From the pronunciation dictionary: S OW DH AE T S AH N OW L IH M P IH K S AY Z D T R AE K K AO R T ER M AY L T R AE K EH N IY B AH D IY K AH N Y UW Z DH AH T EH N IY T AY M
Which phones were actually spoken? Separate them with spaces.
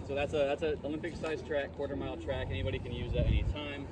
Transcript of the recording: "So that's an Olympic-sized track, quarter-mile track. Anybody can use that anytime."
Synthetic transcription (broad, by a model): S OW DH AE T S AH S OW L IH M P IH K S AY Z T R AE K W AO R T ER M AY L T R AE K EH N IY B AH D IY K AH N Y UW Z DH AH T EH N IY T AY M